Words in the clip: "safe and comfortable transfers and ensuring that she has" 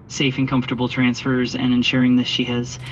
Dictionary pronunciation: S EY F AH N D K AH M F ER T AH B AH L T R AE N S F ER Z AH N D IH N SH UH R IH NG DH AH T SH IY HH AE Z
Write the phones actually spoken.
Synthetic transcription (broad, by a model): S EY F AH N K AH M F T AH B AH L T R AE N S F ER Z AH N IH N SH UH R IH NG DH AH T SH IY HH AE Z